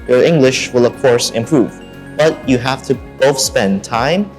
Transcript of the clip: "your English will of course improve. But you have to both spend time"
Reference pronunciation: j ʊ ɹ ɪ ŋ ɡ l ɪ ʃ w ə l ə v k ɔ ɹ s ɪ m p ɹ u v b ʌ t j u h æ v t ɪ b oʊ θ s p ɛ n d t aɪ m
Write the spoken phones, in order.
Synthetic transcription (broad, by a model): j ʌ ɹ ɪ ŋ ɡ l ɪ ʃ w ə l ə v k ɔ ɹ s ɪ m p ɹ u v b ʌ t j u h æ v t ɪ b oʊ θ s p ɛ n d t aɪ m